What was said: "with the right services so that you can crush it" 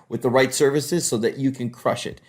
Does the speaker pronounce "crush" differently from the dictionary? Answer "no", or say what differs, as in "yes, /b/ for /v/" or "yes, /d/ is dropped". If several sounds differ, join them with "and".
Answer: no